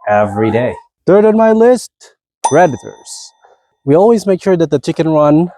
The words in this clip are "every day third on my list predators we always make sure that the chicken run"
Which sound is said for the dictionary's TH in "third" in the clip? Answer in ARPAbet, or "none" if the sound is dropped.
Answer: TH